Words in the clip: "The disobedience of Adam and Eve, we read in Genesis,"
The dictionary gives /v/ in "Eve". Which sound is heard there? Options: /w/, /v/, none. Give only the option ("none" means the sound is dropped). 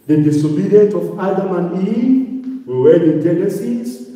/w/